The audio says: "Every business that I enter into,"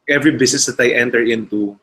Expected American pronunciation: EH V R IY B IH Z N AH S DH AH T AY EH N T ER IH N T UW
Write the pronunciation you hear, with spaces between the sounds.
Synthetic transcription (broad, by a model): EH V R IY B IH S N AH S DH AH T AY EH N T ER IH N T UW